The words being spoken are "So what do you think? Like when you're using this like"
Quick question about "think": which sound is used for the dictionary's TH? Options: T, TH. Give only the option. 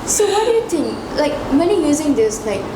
T